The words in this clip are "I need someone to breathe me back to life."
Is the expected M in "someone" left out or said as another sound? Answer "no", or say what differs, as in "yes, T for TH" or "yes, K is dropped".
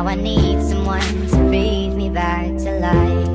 no